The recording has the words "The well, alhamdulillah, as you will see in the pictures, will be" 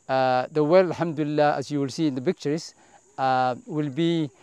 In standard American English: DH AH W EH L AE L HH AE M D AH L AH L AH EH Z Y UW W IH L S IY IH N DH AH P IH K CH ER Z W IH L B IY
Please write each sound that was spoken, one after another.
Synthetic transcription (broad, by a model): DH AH W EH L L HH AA M D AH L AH L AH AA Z Y UW W IH L S IY IH N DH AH B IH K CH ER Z W IH L B IY